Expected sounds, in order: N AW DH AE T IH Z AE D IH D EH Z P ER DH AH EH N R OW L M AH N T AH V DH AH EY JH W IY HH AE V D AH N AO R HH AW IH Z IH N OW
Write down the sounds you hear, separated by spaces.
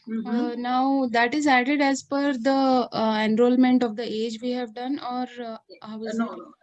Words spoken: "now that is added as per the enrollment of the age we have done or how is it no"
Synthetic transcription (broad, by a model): N AW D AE T IH Z AE D IH D EH Z F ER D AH EH N R OW L M AH N T AH V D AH EY JH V IY HH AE V D AH N AO R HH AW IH IH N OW